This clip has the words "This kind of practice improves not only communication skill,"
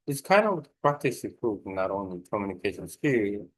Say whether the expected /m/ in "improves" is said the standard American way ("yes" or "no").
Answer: no